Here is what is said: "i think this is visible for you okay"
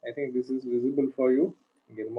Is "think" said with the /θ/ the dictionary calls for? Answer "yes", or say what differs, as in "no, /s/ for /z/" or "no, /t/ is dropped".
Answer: no, /t/ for /θ/